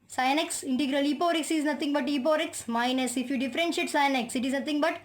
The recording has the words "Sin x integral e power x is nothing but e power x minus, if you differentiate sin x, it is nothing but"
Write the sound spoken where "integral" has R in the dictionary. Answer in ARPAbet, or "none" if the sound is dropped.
R